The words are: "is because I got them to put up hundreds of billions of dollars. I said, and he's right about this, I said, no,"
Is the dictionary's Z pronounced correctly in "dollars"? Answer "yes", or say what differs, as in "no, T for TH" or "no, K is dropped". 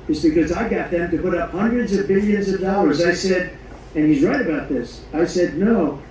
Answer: yes